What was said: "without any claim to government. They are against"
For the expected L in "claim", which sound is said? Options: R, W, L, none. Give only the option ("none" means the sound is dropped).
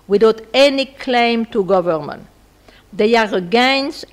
L